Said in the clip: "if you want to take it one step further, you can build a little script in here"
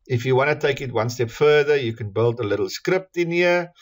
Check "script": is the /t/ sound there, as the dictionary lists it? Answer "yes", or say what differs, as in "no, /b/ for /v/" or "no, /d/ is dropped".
yes